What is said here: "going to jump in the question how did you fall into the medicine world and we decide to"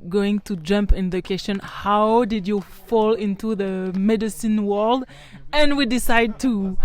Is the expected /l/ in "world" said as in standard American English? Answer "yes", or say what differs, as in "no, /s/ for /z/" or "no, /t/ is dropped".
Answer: yes